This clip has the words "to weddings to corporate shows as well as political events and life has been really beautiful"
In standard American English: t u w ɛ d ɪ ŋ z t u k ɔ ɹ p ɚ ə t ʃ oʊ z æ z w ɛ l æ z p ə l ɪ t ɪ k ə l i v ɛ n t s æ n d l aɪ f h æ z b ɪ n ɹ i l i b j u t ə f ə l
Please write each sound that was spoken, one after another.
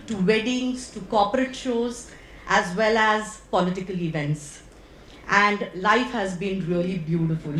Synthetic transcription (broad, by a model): t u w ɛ d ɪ ŋ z t u k ɔ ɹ p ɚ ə t ʃ oʊ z æ z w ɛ l æ z p ə l ɪ t ɪ k ə l i v ɛ n t s æ n d l aɪ f h æ z b ɪ n ɹ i l i b j u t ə f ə l